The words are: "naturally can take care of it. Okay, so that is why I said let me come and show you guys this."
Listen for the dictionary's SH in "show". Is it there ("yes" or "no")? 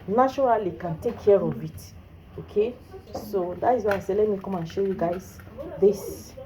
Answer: yes